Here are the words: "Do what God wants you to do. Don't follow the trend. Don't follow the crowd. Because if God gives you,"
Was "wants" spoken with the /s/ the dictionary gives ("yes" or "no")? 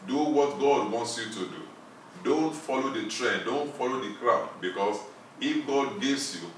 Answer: yes